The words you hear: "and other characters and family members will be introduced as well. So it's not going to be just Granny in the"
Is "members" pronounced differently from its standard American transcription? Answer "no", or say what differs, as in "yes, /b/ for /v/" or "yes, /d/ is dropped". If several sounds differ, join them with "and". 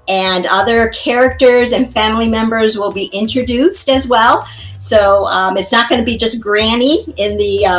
no